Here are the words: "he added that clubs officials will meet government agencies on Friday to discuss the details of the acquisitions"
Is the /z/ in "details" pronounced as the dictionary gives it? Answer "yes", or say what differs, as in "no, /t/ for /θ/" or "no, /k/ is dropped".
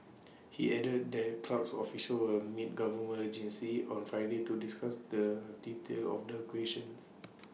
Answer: no, /z/ is dropped